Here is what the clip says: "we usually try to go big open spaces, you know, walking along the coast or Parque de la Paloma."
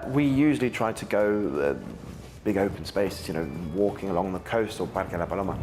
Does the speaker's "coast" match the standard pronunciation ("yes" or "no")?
yes